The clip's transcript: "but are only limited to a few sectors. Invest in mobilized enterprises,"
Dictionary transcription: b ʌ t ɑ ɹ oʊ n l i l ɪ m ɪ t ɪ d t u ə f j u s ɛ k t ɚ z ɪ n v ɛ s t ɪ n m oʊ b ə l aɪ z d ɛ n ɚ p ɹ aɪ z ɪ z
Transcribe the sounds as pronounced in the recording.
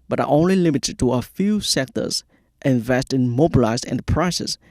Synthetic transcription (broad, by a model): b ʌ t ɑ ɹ oʊ n l i l ɪ m ɪ t ɪ d t u ə f j u s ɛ k t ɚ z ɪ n v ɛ s t ɪ n m oʊ b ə l aɪ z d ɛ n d p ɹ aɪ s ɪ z